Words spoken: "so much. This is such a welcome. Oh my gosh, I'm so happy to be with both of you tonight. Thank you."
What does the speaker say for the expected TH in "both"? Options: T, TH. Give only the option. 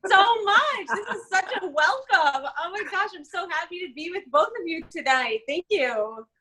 TH